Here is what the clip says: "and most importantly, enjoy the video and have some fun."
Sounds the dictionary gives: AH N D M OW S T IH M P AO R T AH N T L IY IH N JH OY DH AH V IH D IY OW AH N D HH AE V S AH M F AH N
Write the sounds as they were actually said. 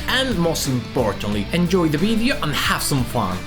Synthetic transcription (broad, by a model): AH N M OW S T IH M F AO R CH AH N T L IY IH N JH OY DH AH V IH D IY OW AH N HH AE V S AH M F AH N